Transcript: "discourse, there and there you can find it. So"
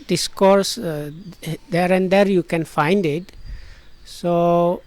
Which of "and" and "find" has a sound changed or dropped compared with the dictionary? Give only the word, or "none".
none